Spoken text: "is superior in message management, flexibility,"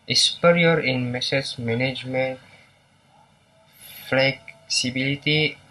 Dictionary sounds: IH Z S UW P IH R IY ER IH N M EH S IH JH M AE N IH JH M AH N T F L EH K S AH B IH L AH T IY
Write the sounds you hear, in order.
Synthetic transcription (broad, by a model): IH S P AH R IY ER IH N M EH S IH Z M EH N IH JH M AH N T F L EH K S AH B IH L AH T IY